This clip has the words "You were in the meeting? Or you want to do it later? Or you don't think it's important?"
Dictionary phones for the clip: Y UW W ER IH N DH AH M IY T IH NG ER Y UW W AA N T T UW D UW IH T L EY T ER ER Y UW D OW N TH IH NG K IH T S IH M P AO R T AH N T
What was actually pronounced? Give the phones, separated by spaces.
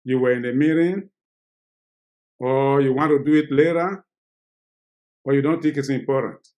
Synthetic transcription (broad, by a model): Y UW W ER IH N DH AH M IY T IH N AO Y UW W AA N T T UW D UW IH T L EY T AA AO Y UW D OW N T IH K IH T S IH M P AO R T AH N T